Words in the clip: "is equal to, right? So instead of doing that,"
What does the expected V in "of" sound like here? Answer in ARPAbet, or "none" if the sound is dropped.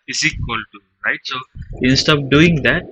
P